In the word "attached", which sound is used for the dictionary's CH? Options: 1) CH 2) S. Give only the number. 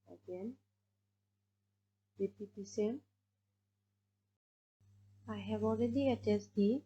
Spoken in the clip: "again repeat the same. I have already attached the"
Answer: 2